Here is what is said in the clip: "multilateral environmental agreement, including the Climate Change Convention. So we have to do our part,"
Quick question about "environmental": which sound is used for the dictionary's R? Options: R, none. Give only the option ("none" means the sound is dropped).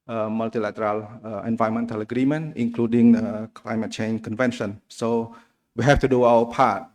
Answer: none